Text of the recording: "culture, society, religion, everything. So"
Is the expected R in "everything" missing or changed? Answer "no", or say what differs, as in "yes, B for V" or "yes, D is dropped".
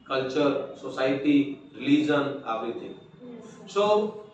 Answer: yes, R is dropped